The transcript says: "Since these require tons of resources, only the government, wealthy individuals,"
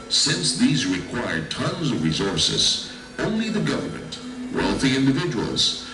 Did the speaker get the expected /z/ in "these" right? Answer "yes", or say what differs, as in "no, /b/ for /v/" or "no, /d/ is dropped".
yes